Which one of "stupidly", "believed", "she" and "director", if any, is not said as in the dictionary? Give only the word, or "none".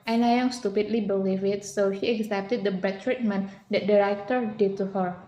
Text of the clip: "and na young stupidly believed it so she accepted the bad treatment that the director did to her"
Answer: believed